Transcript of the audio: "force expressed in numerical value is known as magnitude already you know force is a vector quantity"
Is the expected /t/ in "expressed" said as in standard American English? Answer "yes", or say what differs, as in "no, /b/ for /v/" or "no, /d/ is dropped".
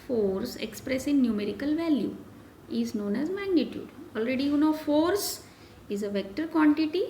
no, /t/ is dropped